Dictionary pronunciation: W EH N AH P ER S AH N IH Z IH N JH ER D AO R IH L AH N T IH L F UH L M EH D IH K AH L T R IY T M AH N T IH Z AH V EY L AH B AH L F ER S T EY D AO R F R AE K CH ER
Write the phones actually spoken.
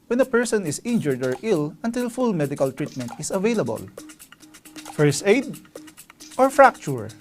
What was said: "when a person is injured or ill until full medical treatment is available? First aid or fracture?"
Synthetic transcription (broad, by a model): W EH N AH P ER S AH N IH S IH N JH ER D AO R IH L AH N T IH L F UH L M EH D IH K AH L T R IY T M AH N T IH S AH V EY L AH B AH L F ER S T EY D AO R F R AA K CH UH